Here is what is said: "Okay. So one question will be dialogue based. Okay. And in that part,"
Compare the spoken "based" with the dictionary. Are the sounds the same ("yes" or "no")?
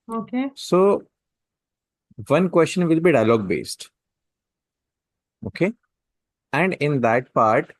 yes